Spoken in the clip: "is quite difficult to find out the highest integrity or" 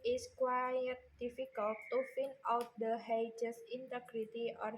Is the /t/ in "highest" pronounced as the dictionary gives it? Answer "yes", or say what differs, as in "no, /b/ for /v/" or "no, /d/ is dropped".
no, /t/ is dropped